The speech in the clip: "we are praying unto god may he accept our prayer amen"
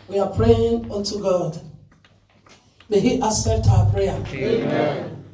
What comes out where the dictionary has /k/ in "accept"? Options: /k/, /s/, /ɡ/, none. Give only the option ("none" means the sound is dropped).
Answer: none